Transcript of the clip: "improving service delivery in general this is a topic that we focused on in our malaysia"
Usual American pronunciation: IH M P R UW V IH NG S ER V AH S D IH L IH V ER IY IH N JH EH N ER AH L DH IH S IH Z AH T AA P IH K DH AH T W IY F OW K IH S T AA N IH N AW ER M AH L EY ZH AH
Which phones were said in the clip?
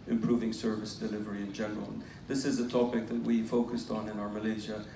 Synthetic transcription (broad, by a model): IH M P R UW V IH NG S ER V AH S D IH L IH V ER IY IH N JH EH N ER AH L DH IH S IH Z AH T AA P IH K DH AH T W IY F OW K IH S T N IH N AW ER M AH L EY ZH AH